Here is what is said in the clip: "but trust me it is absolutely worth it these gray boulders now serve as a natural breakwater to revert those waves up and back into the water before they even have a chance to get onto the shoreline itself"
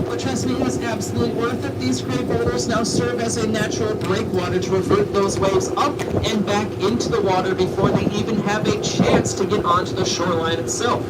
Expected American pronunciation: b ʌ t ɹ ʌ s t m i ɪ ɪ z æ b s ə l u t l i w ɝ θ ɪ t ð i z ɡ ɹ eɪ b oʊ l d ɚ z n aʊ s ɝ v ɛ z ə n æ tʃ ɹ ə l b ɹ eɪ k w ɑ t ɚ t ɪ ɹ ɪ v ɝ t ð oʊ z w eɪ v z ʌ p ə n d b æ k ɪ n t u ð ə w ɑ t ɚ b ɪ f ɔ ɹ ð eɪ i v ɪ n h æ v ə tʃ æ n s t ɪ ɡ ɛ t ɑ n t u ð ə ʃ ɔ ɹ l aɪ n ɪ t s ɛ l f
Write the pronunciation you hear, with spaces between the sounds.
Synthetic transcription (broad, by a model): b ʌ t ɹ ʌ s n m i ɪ ɪ z æ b s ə l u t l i w ɝ θ ɪ t ð i z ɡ ɹ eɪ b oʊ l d ɚ z n aʊ s ɝ v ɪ z ə n æ tʃ ɹ l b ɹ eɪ k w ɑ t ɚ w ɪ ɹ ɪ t ð oʊ z w eɪ v z ʌ p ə n b æ k ɪ n t u ð ə w ɑ t ɚ b ɪ f ɔ ɹ ð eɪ i v ɪ n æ v ə tʃ æ n s t ɪ ɡ ɛ t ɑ n t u ð ə ʃ ɔ ɹ l aɪ n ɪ t s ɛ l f